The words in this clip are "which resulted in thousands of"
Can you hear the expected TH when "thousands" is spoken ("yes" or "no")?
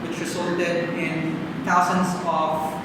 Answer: no